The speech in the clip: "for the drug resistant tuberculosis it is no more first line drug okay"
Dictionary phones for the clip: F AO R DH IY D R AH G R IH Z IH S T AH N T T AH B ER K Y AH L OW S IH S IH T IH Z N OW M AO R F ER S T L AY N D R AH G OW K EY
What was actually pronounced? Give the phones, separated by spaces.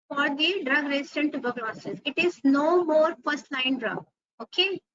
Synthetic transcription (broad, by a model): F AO R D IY D R AH G R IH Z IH T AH N T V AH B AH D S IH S IH T IH Z N OW M AO R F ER S T L AY N D R AH G OW K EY